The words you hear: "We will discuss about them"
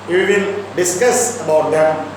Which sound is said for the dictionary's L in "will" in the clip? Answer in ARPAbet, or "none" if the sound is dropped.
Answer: N